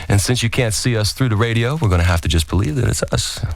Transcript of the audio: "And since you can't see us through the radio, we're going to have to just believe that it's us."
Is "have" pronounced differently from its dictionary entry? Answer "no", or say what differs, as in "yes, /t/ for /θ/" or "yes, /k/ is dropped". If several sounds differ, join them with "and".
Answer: yes, /f/ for /v/